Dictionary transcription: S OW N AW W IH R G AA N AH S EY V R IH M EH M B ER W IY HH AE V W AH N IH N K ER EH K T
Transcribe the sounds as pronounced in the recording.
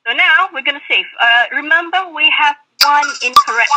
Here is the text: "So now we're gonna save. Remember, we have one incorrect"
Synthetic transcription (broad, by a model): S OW N AW W IH R G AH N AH S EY F R IH M EH M B ER W IY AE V W AH N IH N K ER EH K